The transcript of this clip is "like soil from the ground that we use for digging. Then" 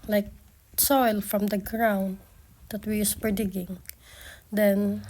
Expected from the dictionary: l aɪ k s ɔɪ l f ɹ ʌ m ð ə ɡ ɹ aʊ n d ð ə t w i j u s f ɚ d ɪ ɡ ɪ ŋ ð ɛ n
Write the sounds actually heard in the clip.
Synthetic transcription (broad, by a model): l aɪ k s ɔɪ l f ɹ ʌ m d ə ɡ ɹ aʊ n d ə t w i j u s p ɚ d ɪ ɡ ɪ ŋ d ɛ n